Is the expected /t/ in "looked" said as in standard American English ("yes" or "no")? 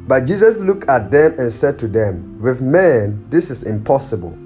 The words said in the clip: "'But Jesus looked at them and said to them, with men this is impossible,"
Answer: yes